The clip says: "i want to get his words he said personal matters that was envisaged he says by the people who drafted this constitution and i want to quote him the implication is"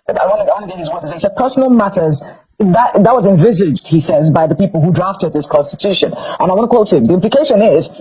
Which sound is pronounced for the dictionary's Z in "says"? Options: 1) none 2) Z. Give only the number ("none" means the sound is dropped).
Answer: 2